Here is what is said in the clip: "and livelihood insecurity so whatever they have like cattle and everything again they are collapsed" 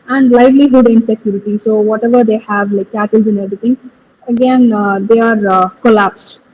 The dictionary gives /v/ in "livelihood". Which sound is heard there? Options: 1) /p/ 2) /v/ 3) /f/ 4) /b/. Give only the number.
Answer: 2